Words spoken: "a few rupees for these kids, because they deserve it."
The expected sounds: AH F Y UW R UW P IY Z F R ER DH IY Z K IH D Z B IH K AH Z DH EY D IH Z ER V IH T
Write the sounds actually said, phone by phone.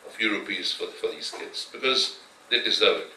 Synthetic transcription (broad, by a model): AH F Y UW R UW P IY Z F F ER DH IY Z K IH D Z B IH K AH Z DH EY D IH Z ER IH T